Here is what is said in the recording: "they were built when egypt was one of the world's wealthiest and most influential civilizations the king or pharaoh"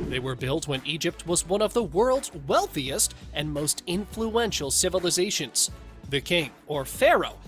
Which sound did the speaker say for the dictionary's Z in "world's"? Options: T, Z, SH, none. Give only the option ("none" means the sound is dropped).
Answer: Z